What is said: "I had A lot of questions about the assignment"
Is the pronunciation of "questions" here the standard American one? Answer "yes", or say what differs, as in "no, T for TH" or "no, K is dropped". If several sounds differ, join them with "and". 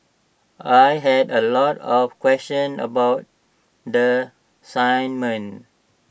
no, Z is dropped